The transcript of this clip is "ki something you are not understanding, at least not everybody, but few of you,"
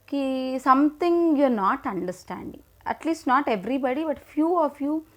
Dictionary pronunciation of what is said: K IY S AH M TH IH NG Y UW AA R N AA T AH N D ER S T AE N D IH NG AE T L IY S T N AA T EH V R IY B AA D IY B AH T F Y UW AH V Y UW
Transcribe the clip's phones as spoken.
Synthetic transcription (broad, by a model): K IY S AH M T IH NG Y UW R N AA T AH N D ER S T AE N D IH NG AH T L IY S T N AA T EH V R IY B AA D IY B AH T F Y UW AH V Y UW